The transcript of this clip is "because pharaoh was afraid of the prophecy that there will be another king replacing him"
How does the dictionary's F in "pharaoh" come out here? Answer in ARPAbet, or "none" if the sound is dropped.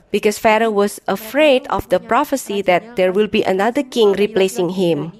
F